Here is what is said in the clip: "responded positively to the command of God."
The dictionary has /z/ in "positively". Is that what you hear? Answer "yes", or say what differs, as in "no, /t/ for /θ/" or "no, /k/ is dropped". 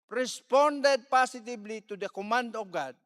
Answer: no, /s/ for /z/